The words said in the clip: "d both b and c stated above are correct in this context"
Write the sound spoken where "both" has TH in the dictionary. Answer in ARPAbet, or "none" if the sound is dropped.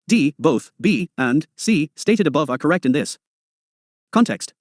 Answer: TH